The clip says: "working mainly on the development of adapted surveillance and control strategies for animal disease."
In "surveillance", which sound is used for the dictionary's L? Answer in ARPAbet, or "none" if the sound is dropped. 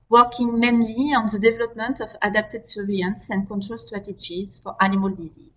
none